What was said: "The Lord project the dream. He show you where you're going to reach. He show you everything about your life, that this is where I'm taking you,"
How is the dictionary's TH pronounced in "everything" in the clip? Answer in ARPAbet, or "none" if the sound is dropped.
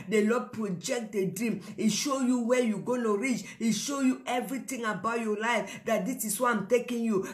T